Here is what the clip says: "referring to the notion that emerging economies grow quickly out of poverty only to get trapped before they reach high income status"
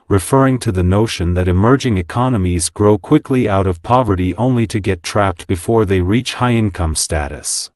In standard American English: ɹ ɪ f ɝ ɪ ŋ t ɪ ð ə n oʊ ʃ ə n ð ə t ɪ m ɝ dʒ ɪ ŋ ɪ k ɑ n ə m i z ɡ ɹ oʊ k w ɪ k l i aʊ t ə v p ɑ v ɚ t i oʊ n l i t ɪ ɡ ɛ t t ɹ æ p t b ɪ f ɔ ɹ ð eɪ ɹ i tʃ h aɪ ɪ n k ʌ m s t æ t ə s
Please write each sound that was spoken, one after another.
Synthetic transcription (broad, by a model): ɹ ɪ f ɝ ɪ ŋ t ɪ ð ə n oʊ ʃ ə n ð ə t ɪ m ɝ dʒ ɪ ŋ ɪ k ɑ n ə m i z ɡ ɹ oʊ k w ɪ k l i aʊ t ə v p ɑ v ɚ t i oʊ n l i t ɪ ɡ ɛ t t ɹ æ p t b ɪ f ɔ ɹ ð eɪ ɹ i tʃ h aɪ ɪ n k ʌ m s t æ t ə s